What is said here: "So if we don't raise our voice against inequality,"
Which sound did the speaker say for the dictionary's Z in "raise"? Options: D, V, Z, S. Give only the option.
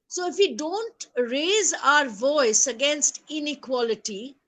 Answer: Z